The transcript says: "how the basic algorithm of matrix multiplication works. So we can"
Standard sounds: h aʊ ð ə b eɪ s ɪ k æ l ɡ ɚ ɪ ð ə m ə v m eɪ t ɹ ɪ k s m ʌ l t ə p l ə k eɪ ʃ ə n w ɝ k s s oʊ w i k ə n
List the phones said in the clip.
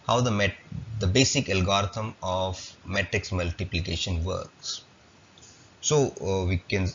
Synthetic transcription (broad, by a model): h aʊ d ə b eɪ s ɪ k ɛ l ɡ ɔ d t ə m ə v m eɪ t ɹ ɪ k s m ʌ l t ə p l ə k eɪ ʃ ə n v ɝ k s s oʊ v i k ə n